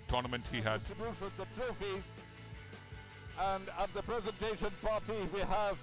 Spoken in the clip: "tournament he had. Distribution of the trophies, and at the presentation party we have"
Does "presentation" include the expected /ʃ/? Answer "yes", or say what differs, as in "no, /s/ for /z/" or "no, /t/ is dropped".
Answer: yes